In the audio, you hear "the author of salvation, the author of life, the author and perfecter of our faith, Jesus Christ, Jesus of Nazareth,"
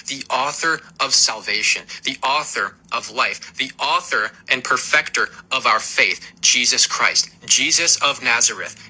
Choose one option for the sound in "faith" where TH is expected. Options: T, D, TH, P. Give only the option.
TH